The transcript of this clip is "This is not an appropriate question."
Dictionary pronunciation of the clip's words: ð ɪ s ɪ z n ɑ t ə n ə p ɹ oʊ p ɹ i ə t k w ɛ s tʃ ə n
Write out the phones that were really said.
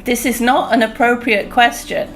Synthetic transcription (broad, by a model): ð ɪ s ɪ z n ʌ t ə n ə p ɹ oʊ p ɹ i ə t k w ɛ s tʃ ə n